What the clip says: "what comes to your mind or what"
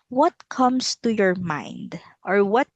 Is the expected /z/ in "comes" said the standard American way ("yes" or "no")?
no